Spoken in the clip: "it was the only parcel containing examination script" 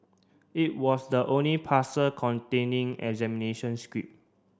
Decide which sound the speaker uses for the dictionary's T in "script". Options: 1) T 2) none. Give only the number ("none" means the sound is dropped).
2